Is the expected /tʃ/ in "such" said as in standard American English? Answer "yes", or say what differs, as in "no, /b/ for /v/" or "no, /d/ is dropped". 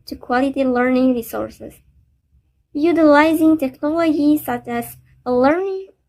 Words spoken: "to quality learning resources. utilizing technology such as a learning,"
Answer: yes